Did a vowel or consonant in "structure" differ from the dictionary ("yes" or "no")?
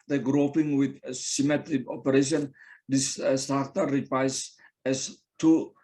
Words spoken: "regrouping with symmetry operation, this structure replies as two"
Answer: yes